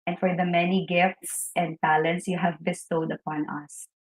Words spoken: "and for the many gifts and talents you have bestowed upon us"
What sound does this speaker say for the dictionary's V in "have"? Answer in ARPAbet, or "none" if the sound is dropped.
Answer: V